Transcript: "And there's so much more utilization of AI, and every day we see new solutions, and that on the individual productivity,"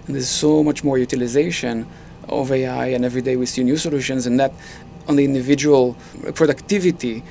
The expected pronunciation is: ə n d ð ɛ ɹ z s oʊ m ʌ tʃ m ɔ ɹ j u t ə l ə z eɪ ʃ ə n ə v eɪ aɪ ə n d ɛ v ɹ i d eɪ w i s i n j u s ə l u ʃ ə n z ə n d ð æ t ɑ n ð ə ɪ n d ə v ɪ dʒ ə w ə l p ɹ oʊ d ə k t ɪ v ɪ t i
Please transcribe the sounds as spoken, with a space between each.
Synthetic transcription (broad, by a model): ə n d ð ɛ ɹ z s oʊ m ʌ tʃ m ɔ ɹ j u t ə l ə z eɪ ʃ ə n ə v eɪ aɪ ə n ɛ v ɹ i d eɪ w i s i n j u s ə l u ʃ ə n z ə n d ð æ t ɑ n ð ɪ n d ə v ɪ dʒ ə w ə l p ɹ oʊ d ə k t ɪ v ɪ t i